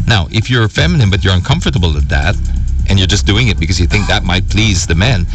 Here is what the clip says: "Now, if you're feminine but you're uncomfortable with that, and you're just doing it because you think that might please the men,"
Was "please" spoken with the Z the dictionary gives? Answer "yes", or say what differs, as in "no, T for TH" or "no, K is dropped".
yes